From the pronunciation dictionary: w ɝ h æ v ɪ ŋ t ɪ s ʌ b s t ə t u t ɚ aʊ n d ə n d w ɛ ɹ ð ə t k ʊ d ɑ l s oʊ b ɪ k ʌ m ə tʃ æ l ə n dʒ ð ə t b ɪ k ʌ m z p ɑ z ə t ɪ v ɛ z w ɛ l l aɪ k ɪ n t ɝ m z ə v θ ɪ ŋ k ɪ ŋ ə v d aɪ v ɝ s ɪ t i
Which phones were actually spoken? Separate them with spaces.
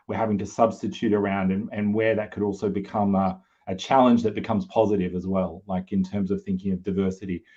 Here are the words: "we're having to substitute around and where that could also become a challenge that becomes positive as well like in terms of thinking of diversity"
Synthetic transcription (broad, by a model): w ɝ h æ v ɪ ŋ t ɪ s ʌ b s t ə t u t ɚ aʊ n d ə n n w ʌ ɹ ð ə t k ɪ d ɑ l s oʊ b ɪ k ʌ m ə tʃ æ l ə n dʒ ð ə t b ɪ k ʌ m z p ɑ z ə t ɪ v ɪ z w ɛ l l aɪ k ɪ n t ɝ m z ə v θ ɪ ŋ k ɪ ŋ ə v d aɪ v ɝ s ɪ t i